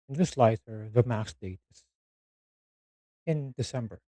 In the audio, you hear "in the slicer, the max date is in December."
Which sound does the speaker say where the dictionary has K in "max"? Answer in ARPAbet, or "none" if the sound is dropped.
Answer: none